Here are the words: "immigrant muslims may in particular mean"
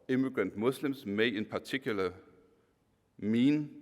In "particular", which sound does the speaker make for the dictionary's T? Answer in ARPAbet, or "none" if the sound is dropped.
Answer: S